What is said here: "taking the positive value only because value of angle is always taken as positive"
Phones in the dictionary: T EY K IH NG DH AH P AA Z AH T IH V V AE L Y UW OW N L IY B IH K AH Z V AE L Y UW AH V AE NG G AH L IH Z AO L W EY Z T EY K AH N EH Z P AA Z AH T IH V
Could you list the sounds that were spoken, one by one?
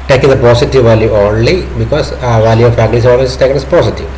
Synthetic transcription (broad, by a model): T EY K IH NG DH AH P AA S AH T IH V V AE L Y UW OW N L IY B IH K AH S V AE L Y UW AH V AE G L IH S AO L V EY S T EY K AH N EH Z P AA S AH T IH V